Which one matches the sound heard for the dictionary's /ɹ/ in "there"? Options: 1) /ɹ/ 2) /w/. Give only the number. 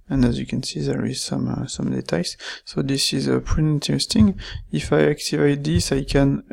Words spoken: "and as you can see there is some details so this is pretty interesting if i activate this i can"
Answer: 1